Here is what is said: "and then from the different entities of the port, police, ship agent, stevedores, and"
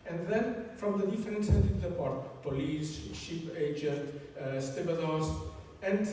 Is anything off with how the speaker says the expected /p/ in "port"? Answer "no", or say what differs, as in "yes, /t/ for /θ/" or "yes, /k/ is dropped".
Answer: no